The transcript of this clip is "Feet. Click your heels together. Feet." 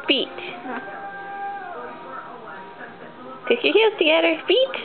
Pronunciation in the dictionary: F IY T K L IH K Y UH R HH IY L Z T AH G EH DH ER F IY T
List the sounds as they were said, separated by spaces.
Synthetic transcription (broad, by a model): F IY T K IH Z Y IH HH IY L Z T AH G EH DH ER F IY T